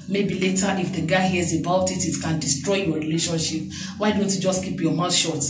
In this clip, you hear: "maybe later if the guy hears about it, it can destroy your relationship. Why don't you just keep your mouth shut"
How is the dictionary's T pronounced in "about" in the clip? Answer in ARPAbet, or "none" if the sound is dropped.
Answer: T